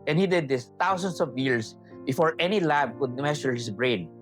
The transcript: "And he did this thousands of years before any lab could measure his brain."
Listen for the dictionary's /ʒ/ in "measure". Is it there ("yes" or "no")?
no